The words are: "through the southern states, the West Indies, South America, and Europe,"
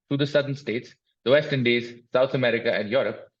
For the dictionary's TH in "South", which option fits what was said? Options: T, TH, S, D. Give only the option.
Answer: T